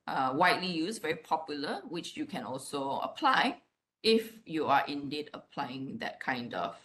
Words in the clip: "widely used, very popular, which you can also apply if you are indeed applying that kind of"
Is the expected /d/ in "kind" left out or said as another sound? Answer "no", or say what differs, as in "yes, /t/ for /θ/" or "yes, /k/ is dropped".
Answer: no